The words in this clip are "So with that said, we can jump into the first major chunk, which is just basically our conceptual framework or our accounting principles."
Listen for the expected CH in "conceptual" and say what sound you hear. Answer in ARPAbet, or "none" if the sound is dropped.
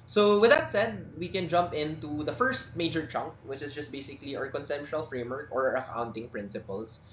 SH